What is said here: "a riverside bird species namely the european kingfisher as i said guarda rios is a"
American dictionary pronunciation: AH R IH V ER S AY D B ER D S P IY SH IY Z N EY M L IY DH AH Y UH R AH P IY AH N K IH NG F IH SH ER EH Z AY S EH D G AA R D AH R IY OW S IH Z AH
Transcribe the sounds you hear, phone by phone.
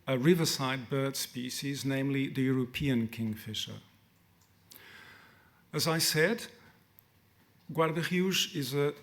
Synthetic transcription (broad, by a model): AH R IH V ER S AY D B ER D S P IY SH IY Z N EY M L IY DH AH Y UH R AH P IY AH N K IH NG F IH SH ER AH Z AY S EH D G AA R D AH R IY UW SH IH Z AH